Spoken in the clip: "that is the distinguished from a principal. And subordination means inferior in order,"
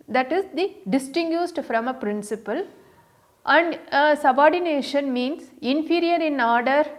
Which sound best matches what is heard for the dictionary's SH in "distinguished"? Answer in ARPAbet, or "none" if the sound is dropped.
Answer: S